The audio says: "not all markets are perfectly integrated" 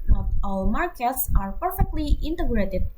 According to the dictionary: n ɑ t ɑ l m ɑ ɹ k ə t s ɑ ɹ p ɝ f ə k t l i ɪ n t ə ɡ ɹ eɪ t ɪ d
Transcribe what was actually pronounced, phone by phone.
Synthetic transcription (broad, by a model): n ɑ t ɑ l m ɑ ɹ k ə t s ɑ ɹ p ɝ f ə k t l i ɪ n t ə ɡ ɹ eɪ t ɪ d